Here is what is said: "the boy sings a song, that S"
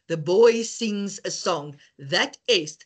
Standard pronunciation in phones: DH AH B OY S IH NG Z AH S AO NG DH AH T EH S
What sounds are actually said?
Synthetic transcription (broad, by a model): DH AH B OY S IH NG Z AH S AO NG DH AH T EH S